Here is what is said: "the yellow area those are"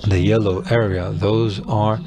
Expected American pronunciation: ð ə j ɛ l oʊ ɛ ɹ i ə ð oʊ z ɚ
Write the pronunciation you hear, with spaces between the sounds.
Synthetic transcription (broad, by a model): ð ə j ɛ l oʊ ɛ ɹ i ə ð oʊ z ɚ